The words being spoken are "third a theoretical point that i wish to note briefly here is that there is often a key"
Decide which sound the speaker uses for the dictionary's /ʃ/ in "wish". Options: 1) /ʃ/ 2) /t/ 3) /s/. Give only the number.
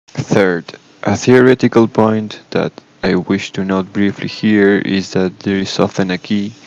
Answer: 1